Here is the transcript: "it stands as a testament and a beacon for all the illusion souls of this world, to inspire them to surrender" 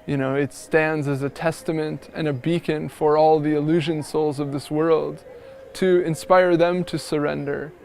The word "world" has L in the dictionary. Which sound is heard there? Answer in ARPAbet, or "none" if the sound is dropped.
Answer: L